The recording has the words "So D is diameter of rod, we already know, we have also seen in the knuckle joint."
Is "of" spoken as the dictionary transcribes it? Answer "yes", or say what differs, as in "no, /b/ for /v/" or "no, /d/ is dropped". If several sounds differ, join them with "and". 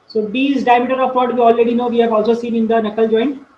no, /p/ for /v/